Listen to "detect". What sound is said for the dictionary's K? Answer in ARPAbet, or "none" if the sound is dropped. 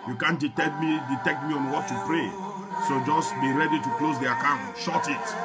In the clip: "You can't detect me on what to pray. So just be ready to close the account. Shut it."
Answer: K